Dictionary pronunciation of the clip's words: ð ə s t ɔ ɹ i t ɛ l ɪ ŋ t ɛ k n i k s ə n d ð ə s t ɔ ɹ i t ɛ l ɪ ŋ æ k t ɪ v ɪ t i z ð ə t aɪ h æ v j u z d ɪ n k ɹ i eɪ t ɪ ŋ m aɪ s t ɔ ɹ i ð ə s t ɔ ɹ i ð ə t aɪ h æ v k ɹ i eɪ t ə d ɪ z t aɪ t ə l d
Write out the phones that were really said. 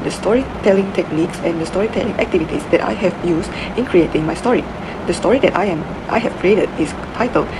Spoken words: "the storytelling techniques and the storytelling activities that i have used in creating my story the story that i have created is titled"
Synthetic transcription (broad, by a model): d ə s t ɔ ɹ i t ɛ l ɪ ŋ t ɛ k n i k s ə n d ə s t ɔ ɹ i t ɛ l ɪ ŋ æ k t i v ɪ t i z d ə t aɪ h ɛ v j u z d ɪ n k ɹ i eɪ t ɪ ŋ m aɪ s t ɔ ɹ i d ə s t ɔ ɹ i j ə t aɪ h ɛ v k ɹ i eɪ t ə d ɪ s t aɪ t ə l